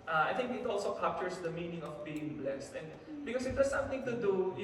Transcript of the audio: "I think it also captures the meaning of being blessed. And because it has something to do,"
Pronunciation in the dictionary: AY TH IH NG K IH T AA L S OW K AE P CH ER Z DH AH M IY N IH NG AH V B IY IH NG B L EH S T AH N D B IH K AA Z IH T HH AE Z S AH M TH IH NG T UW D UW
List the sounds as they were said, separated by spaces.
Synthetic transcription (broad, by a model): AY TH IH NG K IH T AA L S OW K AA P CH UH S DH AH M IY N IH NG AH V B IY IH NG B L EH S T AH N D B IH K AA S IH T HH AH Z S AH M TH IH NG T UW D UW